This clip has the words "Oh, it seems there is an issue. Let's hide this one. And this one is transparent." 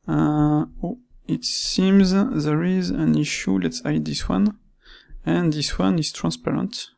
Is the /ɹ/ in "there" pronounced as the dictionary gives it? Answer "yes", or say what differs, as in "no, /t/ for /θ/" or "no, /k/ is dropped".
yes